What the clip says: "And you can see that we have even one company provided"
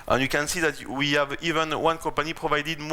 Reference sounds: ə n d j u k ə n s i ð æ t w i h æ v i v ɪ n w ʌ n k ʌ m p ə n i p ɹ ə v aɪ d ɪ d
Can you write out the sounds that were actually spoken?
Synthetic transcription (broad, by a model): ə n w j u k ə n s i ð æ t w i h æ v i v ɪ n w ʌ n k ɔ p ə n i p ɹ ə v aɪ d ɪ d